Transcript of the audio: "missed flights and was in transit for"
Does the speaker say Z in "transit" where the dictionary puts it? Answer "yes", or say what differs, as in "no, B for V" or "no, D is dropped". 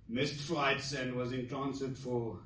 no, S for Z